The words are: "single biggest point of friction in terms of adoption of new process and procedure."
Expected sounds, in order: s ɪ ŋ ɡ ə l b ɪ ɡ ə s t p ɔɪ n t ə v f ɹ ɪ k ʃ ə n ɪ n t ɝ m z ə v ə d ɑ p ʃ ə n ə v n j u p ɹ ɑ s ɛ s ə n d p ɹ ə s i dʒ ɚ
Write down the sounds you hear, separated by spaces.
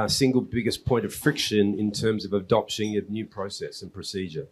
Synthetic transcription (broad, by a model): s ɪ ŋ ɡ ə l b ɪ ɡ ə s p ɔɪ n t ə v f ɹ ɪ k ʃ ə n ɪ n t ɝ m z ə v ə d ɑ p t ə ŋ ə n j u p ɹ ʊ s ɛ s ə n p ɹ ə s i dʒ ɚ